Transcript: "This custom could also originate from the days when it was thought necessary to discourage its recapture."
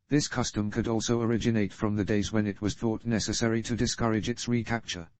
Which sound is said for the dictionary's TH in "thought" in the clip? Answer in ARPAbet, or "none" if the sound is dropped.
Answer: TH